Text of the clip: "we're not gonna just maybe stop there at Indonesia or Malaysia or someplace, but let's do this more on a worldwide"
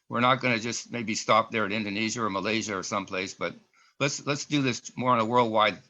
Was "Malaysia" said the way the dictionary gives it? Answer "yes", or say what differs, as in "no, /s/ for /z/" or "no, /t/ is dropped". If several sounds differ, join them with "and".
yes